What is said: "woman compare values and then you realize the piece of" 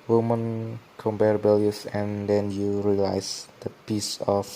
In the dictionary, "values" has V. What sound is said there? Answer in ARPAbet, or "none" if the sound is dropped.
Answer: B